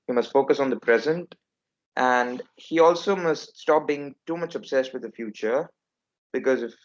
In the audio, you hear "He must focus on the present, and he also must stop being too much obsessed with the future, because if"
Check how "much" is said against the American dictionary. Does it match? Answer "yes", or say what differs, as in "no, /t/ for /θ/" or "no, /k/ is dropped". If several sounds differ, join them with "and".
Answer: yes